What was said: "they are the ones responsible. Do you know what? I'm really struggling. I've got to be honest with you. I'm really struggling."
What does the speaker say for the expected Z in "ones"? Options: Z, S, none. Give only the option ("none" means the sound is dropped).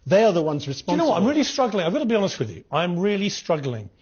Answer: Z